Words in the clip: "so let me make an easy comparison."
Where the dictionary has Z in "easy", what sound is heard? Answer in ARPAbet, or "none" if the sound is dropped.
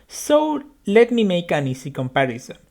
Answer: S